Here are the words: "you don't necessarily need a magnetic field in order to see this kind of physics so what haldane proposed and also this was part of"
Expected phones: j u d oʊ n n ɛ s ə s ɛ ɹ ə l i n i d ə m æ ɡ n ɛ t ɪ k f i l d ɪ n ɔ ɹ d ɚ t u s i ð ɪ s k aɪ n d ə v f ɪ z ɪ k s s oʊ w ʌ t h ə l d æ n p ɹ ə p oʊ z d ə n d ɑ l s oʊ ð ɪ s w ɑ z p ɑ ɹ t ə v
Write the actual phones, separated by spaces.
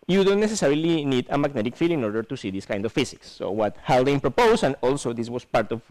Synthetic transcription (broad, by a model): j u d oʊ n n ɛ s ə s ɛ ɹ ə l i n i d ə m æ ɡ n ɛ t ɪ k f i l ɪ n ɔ ɹ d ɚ t u s i ð ɪ s k aɪ n d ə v f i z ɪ k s s oʊ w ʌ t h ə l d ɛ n p ɹ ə p oʊ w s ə n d ɑ l s oʊ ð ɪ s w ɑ s p ɑ ɹ t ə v